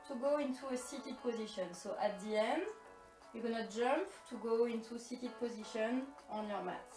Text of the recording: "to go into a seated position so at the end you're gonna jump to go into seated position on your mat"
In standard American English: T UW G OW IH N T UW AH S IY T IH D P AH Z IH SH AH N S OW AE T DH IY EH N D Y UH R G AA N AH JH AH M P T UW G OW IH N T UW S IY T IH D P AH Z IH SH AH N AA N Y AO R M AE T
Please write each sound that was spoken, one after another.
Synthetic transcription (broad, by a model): T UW G OW IH N T UW AH S IY T IH D P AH Z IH SH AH N S OW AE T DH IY EH N D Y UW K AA N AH JH AH M P T UW G OW IH N T UW S IY T IH D P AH Z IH SH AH N AA N Y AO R M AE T